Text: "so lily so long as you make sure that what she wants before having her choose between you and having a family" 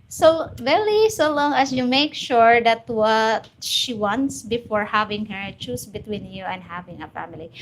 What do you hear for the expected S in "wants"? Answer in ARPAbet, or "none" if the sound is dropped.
S